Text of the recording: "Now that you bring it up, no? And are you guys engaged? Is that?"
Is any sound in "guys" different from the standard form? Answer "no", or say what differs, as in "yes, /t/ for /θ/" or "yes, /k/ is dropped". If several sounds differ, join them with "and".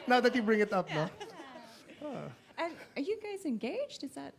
no